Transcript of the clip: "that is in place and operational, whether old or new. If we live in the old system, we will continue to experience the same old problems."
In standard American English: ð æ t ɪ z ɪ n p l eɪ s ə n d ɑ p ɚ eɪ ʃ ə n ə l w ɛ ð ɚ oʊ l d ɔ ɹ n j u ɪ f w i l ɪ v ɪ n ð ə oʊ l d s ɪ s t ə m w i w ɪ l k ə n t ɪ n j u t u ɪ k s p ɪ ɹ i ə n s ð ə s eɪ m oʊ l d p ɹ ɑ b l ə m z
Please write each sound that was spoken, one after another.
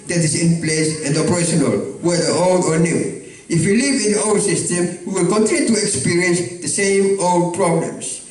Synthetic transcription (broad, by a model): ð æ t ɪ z ɪ n p l eɪ s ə n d ɑ p ɚ eɪ ʃ ə n ə l w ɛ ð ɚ oʊ l d ɔ ɹ n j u ɪ f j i l ɪ v ɪ n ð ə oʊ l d s ɪ s t ə m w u w ɪ l k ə n t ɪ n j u t u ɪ k s p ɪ ɹ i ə n s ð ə s eɪ m oʊ l d p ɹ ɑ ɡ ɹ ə m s